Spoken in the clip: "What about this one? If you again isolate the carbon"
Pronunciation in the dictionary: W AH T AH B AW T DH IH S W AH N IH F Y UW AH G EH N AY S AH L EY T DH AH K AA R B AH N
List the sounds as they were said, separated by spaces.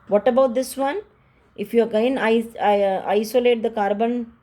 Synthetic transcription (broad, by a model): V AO T AH B AW T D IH S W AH N IH F Y UW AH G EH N AY S AH L EY T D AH K AA R B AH N